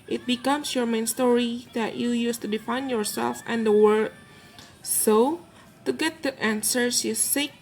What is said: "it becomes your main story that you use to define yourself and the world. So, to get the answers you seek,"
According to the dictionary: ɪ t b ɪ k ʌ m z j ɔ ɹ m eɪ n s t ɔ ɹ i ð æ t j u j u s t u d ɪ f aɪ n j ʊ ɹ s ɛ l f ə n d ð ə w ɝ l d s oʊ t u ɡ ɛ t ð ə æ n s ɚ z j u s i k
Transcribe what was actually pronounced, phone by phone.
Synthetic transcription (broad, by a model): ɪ t b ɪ k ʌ m s j ɔ ɹ m eɪ n s t ɔ ɹ i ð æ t j u j u s t u d ɪ f aɪ n j ʊ ɹ s ɛ l f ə n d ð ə w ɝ d s oʊ t u ɡ ɛ t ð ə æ n s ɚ s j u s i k